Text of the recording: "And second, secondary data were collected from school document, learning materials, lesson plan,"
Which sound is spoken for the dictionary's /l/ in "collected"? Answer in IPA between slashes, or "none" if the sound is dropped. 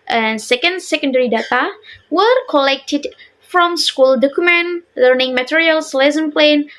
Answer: /l/